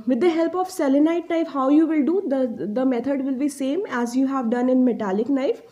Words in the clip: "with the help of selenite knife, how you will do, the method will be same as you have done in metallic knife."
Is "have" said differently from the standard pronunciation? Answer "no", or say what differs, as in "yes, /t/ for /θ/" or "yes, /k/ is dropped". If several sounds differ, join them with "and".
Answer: no